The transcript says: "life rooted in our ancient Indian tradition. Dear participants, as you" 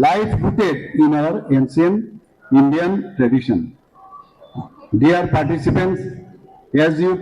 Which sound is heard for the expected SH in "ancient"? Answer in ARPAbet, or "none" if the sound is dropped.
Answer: S